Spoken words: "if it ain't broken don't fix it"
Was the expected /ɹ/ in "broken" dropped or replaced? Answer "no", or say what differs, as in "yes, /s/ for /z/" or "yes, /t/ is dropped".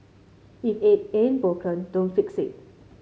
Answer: yes, /ɹ/ is dropped